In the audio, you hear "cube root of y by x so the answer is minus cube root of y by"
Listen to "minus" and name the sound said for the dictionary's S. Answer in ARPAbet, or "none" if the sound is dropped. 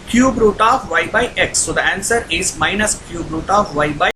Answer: S